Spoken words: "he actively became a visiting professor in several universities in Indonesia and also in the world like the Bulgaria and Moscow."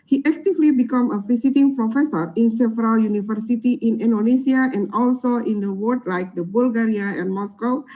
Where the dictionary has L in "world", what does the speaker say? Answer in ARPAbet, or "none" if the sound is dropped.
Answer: none